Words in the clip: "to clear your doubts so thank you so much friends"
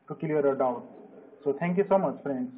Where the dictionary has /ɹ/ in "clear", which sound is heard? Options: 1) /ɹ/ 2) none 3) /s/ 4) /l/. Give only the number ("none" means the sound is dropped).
4